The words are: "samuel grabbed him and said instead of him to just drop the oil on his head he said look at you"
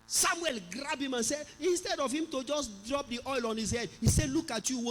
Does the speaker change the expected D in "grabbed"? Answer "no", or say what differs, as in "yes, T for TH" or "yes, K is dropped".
yes, D is dropped